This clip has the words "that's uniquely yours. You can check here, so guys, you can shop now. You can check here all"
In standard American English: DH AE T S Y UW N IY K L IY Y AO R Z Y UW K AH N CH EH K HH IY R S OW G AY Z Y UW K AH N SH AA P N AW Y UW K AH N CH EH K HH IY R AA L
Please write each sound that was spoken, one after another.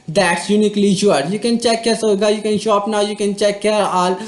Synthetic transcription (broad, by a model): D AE T S Y UW N IY K L IY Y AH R Y UW K AH N CH EH K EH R S OW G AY Y UW K AH N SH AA P N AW Y UW K AH N CH EH K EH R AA L